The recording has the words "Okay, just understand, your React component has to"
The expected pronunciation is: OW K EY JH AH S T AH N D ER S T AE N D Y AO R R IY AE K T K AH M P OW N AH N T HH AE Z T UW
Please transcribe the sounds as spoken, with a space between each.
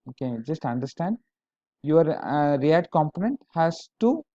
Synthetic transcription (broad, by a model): OW K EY JH AH S T AH N D ER S T AE N D Y AO R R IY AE T K AH M P OW N AH N T HH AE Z T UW